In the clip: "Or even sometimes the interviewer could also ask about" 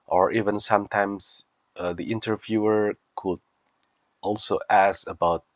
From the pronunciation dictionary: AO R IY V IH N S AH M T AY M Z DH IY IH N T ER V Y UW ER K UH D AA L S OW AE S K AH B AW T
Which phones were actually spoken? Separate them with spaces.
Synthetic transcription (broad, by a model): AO R IY V IH N S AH M T AY M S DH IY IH N T ER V Y UW ER K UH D AA L S OW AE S AH B AW T